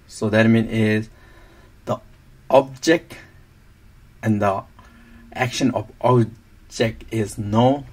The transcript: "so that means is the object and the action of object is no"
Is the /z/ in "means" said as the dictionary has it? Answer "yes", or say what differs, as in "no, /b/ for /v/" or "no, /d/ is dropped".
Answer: no, /z/ is dropped